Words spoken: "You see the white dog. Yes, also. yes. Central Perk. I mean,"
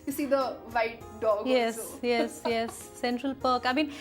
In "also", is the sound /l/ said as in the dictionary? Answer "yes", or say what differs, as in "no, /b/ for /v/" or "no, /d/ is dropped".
no, /l/ is dropped